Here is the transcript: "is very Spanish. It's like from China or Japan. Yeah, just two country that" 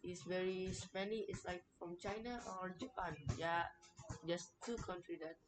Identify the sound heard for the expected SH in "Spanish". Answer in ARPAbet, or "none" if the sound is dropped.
none